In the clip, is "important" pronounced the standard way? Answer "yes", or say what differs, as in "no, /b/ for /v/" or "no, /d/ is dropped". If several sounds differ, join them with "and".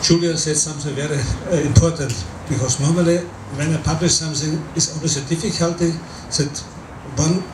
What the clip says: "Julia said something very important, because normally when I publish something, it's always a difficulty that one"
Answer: yes